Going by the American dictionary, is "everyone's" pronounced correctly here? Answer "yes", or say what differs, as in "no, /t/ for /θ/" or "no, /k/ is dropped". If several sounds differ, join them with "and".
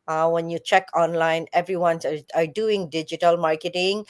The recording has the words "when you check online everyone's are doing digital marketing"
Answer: no, /s/ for /z/